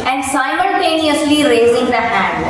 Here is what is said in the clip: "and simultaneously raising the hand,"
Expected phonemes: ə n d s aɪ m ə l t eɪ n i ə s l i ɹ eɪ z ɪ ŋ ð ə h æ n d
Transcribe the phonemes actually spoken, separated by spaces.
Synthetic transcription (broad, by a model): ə n d s aɪ m ə l t eɪ n i ə s l i ɹ eɪ z ɪ ŋ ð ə h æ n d